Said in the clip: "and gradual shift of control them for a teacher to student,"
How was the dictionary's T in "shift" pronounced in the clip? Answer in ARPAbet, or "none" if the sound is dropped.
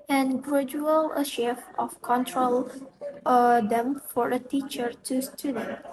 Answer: none